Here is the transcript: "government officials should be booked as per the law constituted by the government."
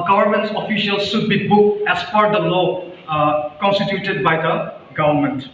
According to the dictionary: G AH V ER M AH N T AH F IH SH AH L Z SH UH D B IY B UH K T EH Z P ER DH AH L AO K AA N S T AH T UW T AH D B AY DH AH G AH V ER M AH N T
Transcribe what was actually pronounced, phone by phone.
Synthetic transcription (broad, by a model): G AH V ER M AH N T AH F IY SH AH L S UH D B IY B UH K EH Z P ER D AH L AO K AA N S T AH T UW T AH D B AY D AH G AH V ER M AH N T